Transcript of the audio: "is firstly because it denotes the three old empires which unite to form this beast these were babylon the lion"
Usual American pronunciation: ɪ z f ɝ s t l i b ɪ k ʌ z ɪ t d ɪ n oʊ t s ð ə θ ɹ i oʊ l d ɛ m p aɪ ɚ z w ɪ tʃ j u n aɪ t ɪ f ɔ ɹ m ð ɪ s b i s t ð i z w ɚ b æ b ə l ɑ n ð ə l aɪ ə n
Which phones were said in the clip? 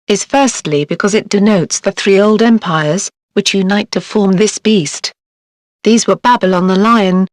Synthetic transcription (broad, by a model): ɪ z f ɝ s t l i b ɪ k ʌ z ɪ t d ɪ n oʊ t s ð ə θ ɹ i oʊ l d ɛ m p aɪ ɚ z w ɪ tʃ j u n aɪ t ɪ f ɔ ɹ m ð ɪ s b i s t ð i z w ɚ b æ b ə l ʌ n ð ə l aɪ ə n